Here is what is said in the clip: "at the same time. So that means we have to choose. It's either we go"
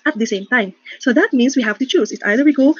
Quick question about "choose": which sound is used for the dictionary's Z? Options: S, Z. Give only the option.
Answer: S